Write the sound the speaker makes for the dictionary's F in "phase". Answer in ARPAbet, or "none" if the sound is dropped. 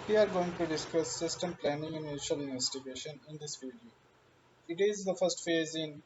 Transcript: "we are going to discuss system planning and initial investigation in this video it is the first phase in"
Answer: F